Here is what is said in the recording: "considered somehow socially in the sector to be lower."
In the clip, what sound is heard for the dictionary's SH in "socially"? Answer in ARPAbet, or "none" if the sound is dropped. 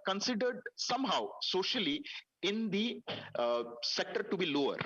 SH